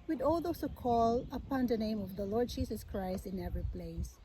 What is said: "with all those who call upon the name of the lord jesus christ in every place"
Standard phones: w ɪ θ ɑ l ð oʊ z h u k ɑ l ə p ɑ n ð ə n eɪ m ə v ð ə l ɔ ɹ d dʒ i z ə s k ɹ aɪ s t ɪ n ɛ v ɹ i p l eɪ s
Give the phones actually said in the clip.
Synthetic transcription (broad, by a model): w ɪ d ɑ l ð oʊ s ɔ k ɑ l ə p ɑ n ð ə n eɪ m ə v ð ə l ɔ ɹ d dʒ i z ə s k ɹ aɪ s t ɪ n ɛ v ɹ i p l eɪ s